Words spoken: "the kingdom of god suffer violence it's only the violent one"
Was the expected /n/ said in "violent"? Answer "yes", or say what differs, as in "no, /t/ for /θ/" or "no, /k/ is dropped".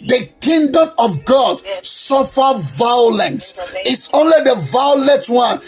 no, /n/ is dropped